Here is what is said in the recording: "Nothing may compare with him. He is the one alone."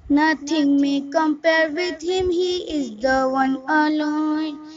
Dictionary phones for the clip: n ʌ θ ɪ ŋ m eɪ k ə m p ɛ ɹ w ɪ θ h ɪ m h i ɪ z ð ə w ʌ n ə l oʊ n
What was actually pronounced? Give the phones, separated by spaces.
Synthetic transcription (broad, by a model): n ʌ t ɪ ŋ m eɪ k ə m p ɛ ɹ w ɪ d h ɪ m h i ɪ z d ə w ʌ n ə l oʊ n